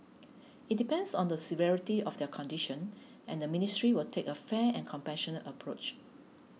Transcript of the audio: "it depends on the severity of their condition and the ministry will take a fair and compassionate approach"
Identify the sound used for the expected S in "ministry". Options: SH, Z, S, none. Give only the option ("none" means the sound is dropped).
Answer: S